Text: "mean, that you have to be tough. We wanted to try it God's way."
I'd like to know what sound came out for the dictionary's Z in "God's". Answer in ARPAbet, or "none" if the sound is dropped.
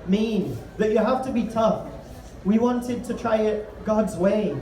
Z